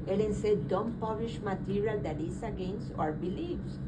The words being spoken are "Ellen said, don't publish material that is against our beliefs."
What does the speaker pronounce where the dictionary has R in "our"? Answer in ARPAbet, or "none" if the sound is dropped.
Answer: R